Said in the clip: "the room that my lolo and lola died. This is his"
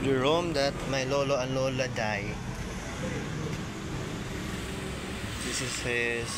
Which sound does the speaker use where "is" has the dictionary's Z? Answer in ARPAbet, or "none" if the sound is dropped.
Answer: S